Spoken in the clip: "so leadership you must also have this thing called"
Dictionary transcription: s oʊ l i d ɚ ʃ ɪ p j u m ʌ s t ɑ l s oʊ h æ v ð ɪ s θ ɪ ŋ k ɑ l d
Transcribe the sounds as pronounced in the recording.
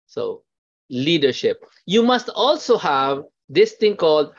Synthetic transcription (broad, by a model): s oʊ l i d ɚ ʃ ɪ p j u m ʌ s t ɑ l s oʊ h æ v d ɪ s t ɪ ŋ k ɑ l d